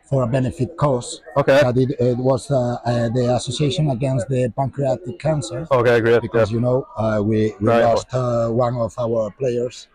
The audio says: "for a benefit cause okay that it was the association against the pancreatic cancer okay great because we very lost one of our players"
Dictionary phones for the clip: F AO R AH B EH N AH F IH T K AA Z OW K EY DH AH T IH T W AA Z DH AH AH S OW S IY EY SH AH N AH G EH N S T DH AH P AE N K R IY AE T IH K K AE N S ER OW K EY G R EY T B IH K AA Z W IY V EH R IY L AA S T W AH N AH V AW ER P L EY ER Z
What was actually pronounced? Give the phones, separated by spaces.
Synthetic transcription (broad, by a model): F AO R AH B EH N AH F IH T K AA S OW K EY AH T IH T W AA Z DH AH AH S OW S IY EY SH AH N AH G EH N S T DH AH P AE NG K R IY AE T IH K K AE N S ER OW K EY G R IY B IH K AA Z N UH W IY W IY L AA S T W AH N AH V AW ER P L EY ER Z